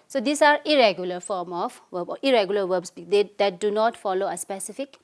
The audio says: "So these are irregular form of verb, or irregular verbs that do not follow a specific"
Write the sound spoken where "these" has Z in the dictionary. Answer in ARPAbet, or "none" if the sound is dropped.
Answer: S